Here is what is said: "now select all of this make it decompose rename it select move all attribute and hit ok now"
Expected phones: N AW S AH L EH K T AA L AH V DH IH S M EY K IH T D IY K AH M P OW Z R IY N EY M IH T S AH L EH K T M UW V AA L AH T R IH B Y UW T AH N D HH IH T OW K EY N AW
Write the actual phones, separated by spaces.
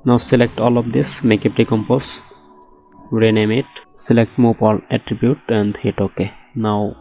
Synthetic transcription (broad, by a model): N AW S AH L EH K T AA L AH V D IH S M EY K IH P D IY K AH M P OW S R IY N EY M IH T S AH L EH K T M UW P AA L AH T R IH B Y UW T AH N D HH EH T OW K EY N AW